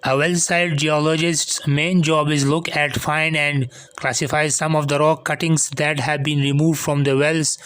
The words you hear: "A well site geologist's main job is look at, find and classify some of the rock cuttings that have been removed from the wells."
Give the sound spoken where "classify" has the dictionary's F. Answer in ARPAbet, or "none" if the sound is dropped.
F